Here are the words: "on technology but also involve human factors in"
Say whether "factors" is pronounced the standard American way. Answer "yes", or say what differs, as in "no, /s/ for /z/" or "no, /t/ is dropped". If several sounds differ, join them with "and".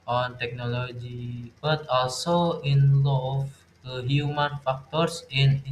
no, /s/ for /z/